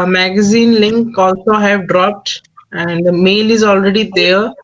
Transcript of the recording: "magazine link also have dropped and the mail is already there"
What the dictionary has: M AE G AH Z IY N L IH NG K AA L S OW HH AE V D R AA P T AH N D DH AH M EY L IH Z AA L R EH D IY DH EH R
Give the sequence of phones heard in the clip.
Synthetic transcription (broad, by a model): M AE G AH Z IY N L IH NG K AA L S OW HH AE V D R AA P T AH N D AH M EY L IH Z AA L R EH D IY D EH R